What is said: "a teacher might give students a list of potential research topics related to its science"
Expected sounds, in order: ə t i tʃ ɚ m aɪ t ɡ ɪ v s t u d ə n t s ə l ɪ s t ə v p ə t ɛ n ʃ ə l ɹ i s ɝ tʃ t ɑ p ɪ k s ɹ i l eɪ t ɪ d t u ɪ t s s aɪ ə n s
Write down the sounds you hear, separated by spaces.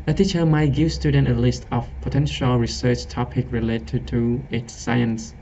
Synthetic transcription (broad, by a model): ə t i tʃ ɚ m aɪ t ɡ ɪ v s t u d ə n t ə l ɪ s t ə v p ə t ɛ n ʃ ə l ɹ i s ɝ tʃ t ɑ p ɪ k ɹ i l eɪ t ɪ t u ɪ t s s aɪ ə n s